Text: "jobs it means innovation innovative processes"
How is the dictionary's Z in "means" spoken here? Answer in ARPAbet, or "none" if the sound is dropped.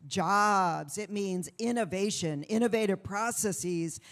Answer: Z